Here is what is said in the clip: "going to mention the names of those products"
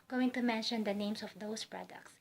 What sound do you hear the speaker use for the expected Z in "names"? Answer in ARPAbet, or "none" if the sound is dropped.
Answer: S